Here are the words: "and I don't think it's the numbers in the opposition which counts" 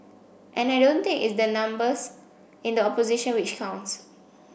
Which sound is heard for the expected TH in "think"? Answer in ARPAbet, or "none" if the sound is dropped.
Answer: T